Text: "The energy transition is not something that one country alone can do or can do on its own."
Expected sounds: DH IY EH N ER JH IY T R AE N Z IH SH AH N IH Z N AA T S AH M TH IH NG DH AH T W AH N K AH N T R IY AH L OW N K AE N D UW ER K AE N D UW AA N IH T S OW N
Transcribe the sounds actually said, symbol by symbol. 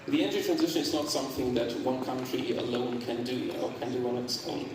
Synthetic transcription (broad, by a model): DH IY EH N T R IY T R AE N Z IH SH AH N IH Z N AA T S AH M TH IH NG DH AH T W AH N K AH N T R IY AH L OW N K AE N D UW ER K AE N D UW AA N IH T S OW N